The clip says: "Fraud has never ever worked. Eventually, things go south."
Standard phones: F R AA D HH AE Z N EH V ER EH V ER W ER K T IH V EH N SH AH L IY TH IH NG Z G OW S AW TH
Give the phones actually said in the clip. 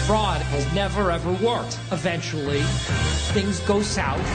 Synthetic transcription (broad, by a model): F R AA D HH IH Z N EH V ER EH V ER W ER K T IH V EH N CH L IY TH IH NG Z G OW S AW